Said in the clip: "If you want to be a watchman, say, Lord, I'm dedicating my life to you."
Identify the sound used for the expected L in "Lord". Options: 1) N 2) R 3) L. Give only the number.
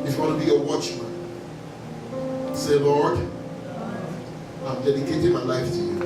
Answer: 3